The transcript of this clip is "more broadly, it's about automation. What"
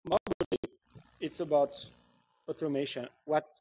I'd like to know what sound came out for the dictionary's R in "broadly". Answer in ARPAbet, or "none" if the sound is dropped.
none